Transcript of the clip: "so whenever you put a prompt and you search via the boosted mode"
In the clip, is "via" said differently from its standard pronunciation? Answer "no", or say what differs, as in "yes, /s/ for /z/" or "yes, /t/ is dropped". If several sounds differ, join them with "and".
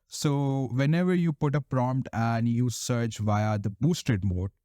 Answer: no